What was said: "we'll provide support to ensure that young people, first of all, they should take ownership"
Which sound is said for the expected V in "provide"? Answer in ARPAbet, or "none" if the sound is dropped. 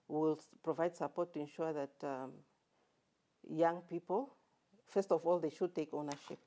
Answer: V